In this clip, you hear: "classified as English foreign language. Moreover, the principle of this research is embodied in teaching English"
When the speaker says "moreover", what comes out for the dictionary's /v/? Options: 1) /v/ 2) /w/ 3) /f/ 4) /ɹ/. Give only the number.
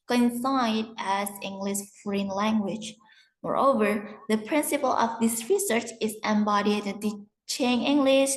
1